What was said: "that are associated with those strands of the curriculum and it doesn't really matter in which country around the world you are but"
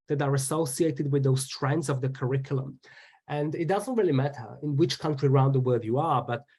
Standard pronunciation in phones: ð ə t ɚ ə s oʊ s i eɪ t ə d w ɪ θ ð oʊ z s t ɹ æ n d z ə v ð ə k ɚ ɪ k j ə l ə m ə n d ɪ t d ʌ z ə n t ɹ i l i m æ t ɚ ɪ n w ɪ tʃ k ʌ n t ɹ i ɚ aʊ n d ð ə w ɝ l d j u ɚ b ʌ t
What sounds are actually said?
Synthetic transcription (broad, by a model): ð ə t ɚ ə s oʊ s i eɪ t ə d w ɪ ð oʊ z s t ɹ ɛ n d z ə v ð ə k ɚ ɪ k j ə l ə m ə n d ɪ t d ʌ z ə n t ɹ i l i m æ t ɚ ɪ n w ɪ tʃ k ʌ n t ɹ i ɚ aʊ n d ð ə w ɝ d j u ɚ b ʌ t